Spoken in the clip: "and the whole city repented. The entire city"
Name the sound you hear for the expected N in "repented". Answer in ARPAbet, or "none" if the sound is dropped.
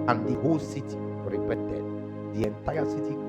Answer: none